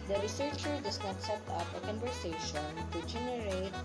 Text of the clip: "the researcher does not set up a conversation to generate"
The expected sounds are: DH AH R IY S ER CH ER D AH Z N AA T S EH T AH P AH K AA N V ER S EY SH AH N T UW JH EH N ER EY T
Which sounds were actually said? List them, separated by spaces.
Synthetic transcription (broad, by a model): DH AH R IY S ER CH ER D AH S N AA T S EH T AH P AH K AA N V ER S EY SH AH N T UW JH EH N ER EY T